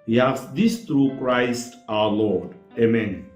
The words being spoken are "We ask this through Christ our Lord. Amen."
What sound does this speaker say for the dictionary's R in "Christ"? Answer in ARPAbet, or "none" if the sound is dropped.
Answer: R